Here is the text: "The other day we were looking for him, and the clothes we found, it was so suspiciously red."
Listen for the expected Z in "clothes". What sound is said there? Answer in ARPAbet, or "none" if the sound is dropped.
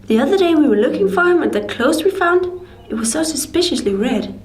S